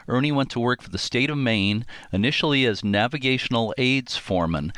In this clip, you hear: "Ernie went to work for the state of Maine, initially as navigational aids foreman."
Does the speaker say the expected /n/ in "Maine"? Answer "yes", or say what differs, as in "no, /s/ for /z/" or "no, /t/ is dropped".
yes